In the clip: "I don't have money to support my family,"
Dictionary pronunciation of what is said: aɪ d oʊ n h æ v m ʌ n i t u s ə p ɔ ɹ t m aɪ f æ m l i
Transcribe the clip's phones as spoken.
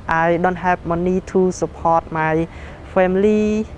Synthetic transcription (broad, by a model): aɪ d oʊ n h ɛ p m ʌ n i t u s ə p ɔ t m aɪ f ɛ m l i